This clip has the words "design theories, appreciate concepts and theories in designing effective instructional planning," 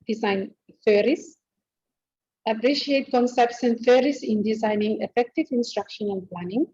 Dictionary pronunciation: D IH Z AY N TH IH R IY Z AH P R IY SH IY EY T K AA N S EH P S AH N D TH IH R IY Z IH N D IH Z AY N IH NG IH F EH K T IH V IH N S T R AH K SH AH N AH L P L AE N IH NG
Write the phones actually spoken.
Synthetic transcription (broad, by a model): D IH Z AY N F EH R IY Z AH P R IY SH IY EY T K AA N S EH P S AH N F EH R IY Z IH N D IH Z AY N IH NG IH F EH K T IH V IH N S T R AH K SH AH N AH N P L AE N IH NG